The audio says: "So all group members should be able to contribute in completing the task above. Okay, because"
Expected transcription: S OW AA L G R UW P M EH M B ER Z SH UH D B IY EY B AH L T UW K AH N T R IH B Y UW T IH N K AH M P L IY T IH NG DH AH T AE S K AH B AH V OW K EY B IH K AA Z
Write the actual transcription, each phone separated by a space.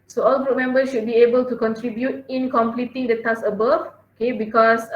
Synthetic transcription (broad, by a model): S OW AA L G R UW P M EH M B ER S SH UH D B IY EY B AH L T UW K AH N T R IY B Y UW T IH N K AH M P L IY T IH NG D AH T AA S AH B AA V OW K EY B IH K AA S